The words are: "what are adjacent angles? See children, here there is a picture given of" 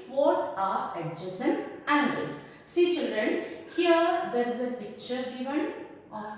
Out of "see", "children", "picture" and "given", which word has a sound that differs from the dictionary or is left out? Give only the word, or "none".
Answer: none